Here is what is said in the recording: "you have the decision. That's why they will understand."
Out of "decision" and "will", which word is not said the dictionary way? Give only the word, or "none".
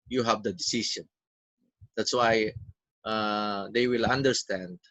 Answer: decision